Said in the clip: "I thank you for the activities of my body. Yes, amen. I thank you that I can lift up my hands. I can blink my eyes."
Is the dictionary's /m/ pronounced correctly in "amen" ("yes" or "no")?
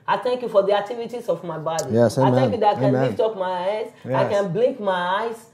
no